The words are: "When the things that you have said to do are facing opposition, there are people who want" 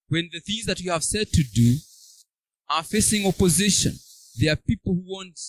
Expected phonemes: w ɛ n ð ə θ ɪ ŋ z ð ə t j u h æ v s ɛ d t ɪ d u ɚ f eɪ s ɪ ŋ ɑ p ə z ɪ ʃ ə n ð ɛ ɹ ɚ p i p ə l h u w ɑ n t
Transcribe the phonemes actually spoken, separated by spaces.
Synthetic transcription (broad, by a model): w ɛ n ð ə θ ɪ ŋ z ð ə t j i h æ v s ɛ d t ɪ d u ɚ f eɪ s ɪ ŋ ɑ p ə z ɪ ʃ ə n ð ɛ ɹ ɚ p i p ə l h u w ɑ n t